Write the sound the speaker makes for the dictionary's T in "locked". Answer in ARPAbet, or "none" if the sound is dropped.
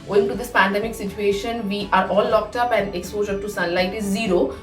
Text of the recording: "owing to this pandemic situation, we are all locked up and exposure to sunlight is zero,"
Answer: T